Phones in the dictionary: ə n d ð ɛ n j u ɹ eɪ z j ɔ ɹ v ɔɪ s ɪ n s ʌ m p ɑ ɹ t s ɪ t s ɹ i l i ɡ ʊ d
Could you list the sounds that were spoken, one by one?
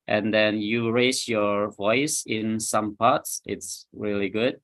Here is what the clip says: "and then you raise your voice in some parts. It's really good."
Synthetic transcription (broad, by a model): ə n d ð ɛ n j u ɹ eɪ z j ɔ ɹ v ɔɪ s ɪ n s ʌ m p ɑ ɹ t s ɪ t s ɹ i l i ɡ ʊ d